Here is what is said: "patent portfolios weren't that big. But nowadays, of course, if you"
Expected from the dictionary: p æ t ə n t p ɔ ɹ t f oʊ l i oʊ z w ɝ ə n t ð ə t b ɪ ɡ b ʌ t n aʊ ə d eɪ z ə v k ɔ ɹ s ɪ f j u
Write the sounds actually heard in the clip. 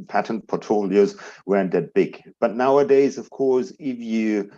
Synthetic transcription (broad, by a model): p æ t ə n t p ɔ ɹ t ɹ oʊ l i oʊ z w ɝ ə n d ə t b ɪ ɡ b ʌ t n aʊ ə d eɪ z ə v k ɔ ɹ s ɪ f j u